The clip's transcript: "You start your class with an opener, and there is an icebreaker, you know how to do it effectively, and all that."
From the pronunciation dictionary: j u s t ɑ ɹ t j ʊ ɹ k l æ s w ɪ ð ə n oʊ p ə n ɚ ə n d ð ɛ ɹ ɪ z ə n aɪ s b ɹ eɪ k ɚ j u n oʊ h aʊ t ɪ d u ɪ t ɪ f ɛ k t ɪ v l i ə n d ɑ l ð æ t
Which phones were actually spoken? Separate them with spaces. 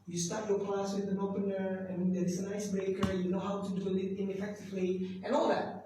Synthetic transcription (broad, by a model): j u s t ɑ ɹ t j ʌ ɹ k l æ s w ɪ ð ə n oʊ p ə n ɚ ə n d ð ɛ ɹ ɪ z ə n aɪ s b eɪ k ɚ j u n oʊ h aʊ t ɪ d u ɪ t ɪ f ɛ k t ɪ v l i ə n ɑ l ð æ t